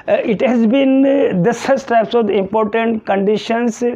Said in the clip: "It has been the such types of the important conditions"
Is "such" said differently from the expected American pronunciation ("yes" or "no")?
yes